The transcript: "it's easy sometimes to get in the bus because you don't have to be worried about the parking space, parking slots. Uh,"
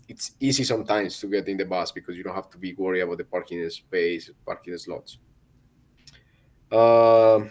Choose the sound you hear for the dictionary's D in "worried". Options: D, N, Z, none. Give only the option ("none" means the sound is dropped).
none